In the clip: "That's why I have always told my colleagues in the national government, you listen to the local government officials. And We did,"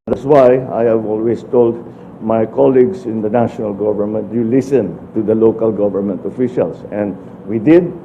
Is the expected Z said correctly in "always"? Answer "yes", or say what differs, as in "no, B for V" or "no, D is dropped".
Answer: no, S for Z